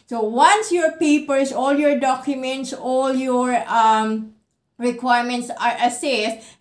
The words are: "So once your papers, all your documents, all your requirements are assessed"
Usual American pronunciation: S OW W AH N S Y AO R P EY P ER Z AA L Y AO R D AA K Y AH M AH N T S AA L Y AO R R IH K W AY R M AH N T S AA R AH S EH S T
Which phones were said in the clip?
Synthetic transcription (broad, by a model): S OW W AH N S Y AO R P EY P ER S AA L Y AO R D AA K Y AH M AH N T S AA L Y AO R R IH K W AY R M AH N T S AA R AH S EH S T